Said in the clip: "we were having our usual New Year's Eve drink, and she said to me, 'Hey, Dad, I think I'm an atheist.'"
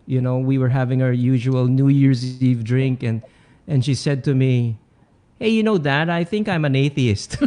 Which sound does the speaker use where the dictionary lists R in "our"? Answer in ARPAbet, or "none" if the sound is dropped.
R